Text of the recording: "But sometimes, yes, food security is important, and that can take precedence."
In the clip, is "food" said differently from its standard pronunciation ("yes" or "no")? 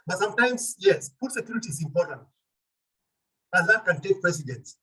yes